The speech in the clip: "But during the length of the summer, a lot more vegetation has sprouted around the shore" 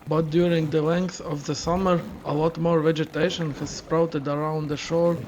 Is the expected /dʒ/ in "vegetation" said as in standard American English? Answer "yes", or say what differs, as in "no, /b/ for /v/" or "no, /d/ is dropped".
yes